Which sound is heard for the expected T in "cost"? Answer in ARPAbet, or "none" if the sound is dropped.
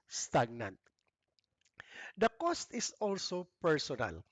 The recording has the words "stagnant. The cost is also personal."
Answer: T